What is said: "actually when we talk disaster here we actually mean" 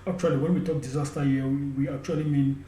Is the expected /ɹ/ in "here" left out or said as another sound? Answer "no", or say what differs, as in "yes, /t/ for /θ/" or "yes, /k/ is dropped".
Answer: yes, /w/ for /ɹ/